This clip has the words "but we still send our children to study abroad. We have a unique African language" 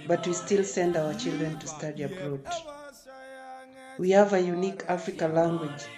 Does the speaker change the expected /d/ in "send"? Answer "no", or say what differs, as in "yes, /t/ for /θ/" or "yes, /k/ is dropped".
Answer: no